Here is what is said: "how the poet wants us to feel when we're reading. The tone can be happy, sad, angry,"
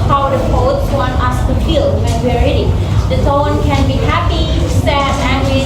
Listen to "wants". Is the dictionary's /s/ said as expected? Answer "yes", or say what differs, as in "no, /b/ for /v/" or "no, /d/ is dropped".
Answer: no, /s/ is dropped